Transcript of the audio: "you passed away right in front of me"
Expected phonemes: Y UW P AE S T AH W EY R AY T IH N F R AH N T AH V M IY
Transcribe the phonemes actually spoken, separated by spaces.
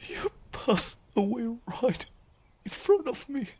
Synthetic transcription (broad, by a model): Y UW P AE S AH W EY R AY T IH N F R AH N T AH V M IY